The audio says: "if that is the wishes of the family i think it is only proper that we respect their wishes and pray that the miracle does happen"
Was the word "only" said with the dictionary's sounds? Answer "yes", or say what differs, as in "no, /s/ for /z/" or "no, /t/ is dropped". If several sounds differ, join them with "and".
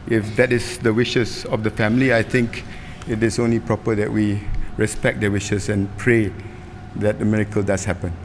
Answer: yes